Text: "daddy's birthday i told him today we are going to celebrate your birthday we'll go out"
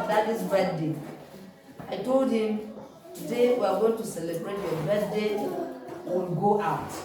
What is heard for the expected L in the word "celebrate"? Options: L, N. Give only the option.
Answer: L